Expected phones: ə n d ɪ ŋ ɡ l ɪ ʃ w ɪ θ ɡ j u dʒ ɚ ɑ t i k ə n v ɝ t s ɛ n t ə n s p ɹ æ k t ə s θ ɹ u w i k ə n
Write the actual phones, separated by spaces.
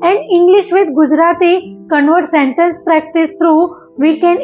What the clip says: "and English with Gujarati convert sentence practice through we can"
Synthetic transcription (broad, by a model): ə n d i ŋ ɡ l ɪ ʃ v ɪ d ɡ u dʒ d ɑ t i k ə n v ɝ t s ɛ n t ə n s p ɹ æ k t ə s t ɹ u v i k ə n